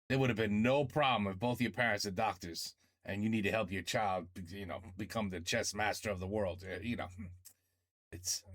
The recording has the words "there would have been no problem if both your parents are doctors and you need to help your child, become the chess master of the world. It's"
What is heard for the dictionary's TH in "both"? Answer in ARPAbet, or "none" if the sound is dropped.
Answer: TH